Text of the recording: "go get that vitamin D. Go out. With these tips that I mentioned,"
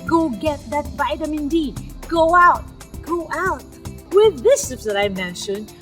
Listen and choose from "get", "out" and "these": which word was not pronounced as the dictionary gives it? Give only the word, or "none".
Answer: these